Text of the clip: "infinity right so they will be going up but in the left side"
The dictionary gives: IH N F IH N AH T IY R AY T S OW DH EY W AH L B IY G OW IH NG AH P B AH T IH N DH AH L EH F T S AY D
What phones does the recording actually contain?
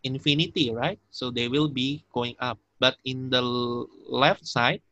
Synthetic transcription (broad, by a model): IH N F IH N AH T IY R AY T S OW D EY W AH L B IY G OW IH NG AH P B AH T IH N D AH L EH F T S AY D